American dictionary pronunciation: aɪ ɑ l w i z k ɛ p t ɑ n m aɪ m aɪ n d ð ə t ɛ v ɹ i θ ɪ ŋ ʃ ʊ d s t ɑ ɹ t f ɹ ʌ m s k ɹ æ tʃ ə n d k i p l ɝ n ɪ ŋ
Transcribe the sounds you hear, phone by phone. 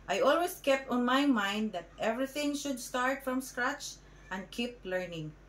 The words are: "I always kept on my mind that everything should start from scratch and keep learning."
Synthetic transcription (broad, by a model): aɪ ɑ l w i s k ɛ p t ɑ n m aɪ m aɪ n d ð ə t ɛ v ɹ i θ ɪ ŋ ʃ ʊ d s t ɑ ɹ t f ɹ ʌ m s k ɹ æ tʃ ə n d k i p l ɝ n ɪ ŋ